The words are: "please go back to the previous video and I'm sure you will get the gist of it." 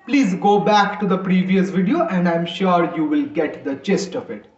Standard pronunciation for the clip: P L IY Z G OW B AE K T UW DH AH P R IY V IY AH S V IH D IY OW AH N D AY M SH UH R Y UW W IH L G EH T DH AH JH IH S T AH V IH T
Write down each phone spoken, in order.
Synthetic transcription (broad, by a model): P L IY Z G OW B AE K T UW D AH P R IY V IY AH S V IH D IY OW AH N D AY M SH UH R Y UW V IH L G EH T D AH CH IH S T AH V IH T